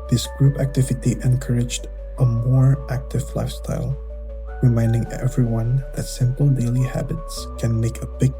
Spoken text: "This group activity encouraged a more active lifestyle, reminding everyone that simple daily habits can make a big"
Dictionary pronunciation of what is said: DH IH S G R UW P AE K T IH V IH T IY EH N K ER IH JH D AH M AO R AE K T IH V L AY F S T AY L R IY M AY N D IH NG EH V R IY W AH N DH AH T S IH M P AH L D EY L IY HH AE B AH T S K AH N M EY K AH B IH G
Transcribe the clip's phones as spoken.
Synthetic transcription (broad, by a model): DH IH S G R UW P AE K T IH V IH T IY EH N K ER IH JH D AH M AO R AE K T IH V L AY F S T AY L R IY M AY N D IH NG EH V R IY W AH N DH AH T S IH M P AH L D EY L IY HH AE B AH T S K AH N M EY K AH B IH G